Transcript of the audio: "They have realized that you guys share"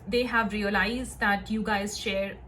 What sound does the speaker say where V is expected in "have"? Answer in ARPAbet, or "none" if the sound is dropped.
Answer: V